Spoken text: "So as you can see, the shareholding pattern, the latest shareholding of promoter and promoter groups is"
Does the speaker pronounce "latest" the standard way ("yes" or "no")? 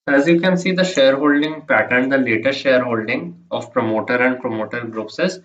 no